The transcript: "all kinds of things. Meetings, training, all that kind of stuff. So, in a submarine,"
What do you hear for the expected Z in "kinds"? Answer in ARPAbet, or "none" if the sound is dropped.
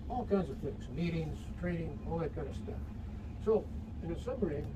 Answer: Z